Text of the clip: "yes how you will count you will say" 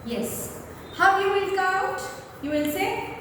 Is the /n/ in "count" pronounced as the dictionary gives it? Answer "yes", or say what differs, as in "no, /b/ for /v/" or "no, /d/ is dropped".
no, /n/ is dropped